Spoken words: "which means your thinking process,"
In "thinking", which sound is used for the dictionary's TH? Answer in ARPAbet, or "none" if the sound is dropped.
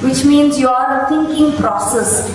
T